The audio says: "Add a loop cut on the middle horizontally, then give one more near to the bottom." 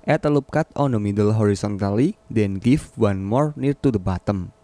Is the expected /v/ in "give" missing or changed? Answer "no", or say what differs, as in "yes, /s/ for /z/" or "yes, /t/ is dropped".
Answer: yes, /f/ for /v/